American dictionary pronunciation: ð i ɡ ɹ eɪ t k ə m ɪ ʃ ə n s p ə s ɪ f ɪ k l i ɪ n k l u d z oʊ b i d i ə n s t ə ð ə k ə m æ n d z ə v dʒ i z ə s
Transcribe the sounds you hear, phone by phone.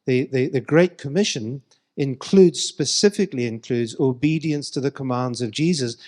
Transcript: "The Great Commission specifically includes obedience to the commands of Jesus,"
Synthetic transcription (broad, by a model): ð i ɡ ɹ eɪ t k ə m ɪ ʃ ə n s p ə s ɪ f ɪ k l i ɪ n k l u d z oʊ b i d i ə n s t ə ð ə k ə m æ n d z ə v dʒ i z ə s